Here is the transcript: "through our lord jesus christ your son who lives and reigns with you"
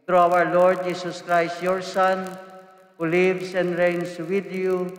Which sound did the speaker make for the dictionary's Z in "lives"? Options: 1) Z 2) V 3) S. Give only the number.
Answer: 3